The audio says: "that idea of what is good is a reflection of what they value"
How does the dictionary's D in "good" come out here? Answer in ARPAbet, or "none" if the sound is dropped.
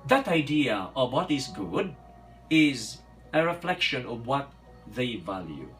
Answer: D